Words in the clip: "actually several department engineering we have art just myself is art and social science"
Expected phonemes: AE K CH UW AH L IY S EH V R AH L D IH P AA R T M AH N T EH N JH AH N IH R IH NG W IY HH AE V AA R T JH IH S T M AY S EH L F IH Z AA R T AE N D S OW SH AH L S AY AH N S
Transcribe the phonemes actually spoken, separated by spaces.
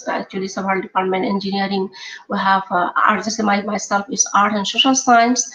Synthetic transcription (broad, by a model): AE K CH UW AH L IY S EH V AH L D IH P AA R T M AH N T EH N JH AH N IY R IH NG W IY HH AE V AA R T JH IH S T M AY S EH L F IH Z AA R T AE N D S OW SH AH L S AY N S